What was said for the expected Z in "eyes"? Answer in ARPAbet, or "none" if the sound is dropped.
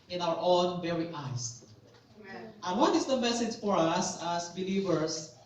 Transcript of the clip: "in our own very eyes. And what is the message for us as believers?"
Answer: S